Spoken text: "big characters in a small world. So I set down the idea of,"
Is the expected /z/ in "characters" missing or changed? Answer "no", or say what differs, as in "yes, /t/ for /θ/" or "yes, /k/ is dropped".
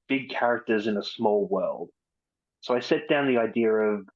no